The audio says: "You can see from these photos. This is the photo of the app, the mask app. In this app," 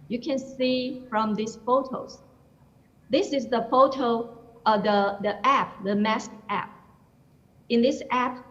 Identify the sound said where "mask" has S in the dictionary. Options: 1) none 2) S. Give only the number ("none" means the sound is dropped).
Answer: 2